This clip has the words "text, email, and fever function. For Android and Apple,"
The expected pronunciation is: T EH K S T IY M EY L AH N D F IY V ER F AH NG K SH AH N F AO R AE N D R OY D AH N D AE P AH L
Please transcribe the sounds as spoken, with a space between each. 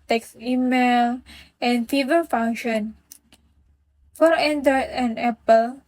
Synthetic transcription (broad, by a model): T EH K S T IY M EY L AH N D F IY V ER F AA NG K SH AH N F AO R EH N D OY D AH N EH P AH L